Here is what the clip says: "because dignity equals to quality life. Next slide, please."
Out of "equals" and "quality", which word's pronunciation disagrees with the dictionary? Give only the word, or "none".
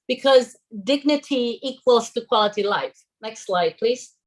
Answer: none